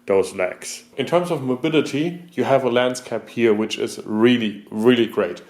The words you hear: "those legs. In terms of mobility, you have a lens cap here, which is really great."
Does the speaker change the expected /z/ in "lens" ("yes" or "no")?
yes